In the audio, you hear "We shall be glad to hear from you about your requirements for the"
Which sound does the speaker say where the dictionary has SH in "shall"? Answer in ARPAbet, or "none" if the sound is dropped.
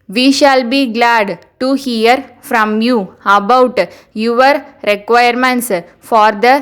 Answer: SH